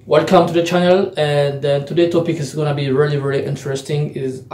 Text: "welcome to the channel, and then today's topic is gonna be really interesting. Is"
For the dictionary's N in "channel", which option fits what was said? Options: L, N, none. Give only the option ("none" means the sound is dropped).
N